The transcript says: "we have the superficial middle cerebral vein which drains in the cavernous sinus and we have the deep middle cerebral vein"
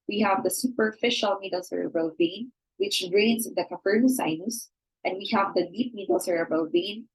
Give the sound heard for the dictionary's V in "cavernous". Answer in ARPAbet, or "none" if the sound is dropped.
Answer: F